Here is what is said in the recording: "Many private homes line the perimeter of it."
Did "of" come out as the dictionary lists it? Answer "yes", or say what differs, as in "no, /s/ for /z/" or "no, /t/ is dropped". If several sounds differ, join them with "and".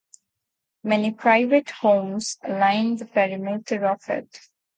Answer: no, /f/ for /v/